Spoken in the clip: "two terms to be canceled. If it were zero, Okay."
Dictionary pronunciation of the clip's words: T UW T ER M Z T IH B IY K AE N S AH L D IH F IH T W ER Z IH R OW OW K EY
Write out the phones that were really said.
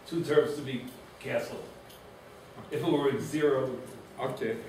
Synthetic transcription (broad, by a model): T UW T ER M Z T IH B IY K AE S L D IH F IH T W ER Z IH R OW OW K EY